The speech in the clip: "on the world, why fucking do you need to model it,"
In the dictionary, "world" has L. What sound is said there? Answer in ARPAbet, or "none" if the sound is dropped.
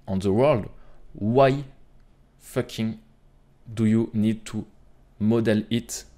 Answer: L